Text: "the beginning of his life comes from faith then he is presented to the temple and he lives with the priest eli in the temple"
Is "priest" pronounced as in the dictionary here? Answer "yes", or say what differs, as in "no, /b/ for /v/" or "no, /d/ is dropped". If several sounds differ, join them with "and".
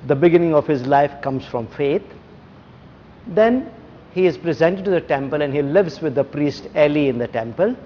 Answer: yes